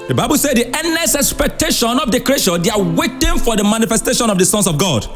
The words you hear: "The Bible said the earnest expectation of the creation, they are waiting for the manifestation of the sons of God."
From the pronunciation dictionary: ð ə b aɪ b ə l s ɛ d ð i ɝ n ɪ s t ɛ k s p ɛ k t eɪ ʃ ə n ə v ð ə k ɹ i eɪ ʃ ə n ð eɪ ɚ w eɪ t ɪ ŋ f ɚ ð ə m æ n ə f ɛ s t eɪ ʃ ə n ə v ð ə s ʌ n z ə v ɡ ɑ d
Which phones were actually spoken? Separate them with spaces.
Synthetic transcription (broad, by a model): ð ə b aɪ b ə l s ɛ d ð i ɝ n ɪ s ɛ k s p ɛ k t eɪ ʃ ə n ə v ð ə k ɹ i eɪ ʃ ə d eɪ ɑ w eɪ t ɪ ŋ f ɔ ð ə m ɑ n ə f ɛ s t eɪ ʃ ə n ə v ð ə s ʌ n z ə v ɡ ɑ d